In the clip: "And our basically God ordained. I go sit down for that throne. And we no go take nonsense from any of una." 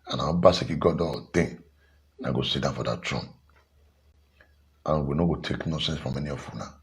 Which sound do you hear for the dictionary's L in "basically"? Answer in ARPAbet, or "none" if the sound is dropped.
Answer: none